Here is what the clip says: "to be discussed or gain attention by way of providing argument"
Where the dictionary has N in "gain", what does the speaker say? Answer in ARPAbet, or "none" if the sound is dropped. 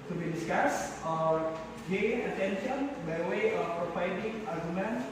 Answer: none